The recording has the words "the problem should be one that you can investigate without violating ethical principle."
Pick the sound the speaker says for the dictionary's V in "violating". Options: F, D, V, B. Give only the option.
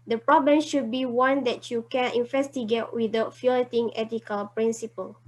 F